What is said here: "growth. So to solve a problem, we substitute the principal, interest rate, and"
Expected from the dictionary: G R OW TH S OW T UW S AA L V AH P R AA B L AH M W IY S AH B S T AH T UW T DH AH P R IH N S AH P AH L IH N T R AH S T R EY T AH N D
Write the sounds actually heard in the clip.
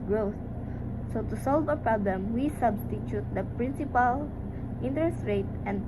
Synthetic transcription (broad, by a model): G R OW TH S OW T UW S AA L V AH P R AA B L AH M W IY S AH B S T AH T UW T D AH P R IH N S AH P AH L IH N T R AH S T R EY T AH N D